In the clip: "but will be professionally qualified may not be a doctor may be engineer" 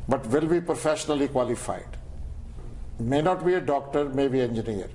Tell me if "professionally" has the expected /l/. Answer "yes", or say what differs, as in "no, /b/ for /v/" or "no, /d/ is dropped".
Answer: yes